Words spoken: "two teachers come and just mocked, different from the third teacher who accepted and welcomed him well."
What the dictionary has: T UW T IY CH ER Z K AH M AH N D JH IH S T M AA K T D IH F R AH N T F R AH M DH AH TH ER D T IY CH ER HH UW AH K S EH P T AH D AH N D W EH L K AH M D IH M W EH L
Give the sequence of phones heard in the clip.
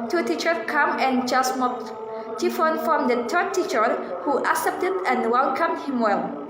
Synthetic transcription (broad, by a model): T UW T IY CH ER K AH M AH N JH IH S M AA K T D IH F AH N F R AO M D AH T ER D T IY CH ER HH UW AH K S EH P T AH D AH N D W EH L K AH M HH IH M W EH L